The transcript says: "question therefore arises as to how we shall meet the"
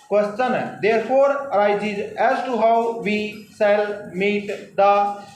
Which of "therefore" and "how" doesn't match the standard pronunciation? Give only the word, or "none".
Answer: therefore